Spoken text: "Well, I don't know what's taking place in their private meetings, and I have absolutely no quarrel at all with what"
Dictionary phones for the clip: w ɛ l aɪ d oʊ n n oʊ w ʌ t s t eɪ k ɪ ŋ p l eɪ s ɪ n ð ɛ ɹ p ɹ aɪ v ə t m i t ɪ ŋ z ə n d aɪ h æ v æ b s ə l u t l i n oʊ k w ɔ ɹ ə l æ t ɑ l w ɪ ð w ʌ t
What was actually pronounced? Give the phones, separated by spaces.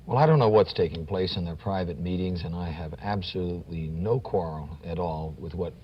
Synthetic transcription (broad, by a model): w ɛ l aɪ d oʊ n n oʊ w ʌ t s t eɪ k ɪ ŋ p l eɪ s ɪ n ð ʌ ɹ p ɹ aɪ v ə t m i t ɪ ŋ z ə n aɪ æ v æ b s ə l u t l i n oʊ k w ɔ ɹ l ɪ t ɑ l w ɪ ð w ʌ t